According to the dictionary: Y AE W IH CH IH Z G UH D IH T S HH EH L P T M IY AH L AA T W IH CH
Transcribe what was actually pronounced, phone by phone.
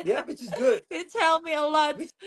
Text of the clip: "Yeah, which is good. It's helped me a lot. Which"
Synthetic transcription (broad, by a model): Y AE W IH CH IH Z G UH D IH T EH L M IY AH L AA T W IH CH